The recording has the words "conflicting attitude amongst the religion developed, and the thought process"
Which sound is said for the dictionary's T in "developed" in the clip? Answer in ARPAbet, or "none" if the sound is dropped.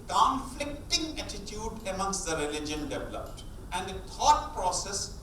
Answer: T